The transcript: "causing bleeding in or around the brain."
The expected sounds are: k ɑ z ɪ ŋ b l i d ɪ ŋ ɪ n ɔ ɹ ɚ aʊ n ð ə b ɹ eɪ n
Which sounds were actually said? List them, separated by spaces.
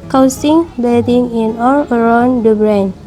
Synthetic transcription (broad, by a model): k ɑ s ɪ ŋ b i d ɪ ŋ ɪ n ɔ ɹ ɚ aʊ n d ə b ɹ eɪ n